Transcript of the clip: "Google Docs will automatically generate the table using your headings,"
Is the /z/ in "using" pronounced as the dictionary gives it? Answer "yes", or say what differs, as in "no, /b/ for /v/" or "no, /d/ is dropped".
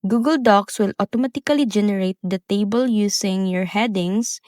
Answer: no, /s/ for /z/